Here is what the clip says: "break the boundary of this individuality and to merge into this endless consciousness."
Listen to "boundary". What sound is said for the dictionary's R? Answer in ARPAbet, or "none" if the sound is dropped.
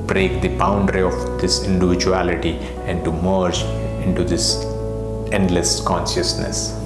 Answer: R